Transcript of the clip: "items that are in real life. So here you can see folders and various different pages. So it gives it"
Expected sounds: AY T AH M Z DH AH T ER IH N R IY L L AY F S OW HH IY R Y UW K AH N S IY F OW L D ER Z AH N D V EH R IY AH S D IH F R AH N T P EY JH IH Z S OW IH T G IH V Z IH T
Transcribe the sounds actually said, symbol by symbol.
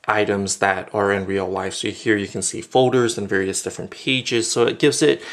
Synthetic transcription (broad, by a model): AY T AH M Z DH AH T ER IH N R IY L L AY F S OW HH IY R Y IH K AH N S IY F OW L D ER Z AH N V EH R IY AH S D IH F R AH N P EY JH IH Z S OW IH T G IH V Z IH T